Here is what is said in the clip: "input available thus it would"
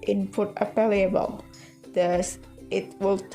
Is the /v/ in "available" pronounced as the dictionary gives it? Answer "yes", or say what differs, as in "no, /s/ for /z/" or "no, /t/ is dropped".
no, /p/ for /v/